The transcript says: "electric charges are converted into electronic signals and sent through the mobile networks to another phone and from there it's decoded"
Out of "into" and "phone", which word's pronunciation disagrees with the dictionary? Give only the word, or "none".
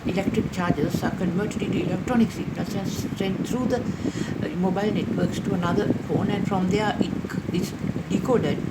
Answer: into